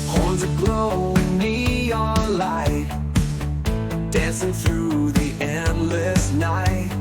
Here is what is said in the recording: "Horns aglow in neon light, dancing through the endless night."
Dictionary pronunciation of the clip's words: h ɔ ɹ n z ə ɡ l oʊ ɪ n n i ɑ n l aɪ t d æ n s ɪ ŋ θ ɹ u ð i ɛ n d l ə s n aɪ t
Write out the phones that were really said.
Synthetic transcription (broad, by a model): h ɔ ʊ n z ə ɡ l oʊ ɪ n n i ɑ l aɪ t d æ n s ɪ ŋ θ ɹ u ð i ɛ n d l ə s n aɪ t